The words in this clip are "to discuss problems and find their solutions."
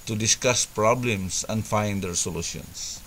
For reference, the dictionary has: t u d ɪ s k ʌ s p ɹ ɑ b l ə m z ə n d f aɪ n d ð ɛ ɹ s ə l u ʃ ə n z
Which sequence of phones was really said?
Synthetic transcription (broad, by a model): t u d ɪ s k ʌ s p ɹ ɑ b l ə m s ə n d f aɪ n d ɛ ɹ s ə l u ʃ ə n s